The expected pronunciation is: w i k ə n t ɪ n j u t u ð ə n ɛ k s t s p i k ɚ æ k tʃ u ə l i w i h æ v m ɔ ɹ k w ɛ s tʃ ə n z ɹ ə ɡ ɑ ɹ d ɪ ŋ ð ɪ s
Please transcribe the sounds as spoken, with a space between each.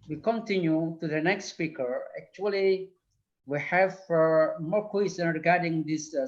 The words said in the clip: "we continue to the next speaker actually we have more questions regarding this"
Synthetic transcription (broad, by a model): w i k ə n t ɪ n j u t u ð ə n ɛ k s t s p i k ɚ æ k tʃ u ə l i w i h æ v m ɔ ɹ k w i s ə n ɹ ə ɡ ɑ ɹ d ɪ ŋ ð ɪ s